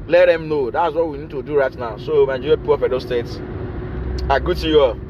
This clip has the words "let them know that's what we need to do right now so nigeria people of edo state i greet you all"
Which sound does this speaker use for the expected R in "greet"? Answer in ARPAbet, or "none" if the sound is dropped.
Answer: none